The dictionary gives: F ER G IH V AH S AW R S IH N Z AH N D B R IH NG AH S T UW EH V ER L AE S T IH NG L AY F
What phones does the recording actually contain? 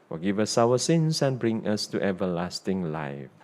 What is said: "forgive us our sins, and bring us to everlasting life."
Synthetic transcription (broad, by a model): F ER G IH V AH S AW W S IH N S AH N B R IH NG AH S T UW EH V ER L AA S T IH NG L AY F